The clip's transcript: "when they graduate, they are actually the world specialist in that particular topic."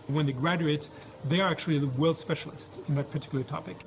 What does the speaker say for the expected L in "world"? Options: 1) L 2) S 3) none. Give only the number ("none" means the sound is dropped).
1